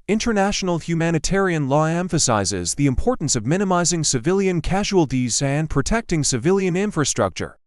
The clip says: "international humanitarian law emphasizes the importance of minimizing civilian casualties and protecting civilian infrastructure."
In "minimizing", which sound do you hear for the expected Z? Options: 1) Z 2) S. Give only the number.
1